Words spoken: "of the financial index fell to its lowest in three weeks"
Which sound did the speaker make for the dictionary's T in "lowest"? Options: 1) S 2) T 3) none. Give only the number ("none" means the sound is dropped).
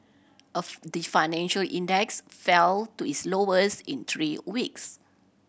3